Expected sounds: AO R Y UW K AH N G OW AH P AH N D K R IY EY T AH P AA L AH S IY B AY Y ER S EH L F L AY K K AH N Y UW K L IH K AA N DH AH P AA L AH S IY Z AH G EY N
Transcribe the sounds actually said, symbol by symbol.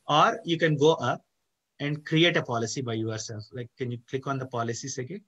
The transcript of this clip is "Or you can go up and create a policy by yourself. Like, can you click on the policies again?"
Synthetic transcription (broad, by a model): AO R Y UW K AH N G OW AH P AH N D K R IY EY T AH P AA L AH S IY B AY Y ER S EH L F L AY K K AH N Y UW K L IH K AA N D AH P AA L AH S IY S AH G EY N